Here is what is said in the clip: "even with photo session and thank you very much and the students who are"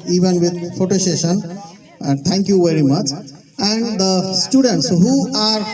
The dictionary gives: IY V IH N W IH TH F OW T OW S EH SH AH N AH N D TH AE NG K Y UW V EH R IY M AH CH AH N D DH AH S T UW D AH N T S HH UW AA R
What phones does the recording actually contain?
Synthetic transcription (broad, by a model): IY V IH N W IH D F OW T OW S EH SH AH N AH N D T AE NG K Y UW V EH R IY M AH CH AH N D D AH S T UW D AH N T S HH UW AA R